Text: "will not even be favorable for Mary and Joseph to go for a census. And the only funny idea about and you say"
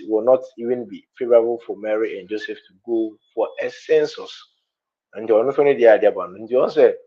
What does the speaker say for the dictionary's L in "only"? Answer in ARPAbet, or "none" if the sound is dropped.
none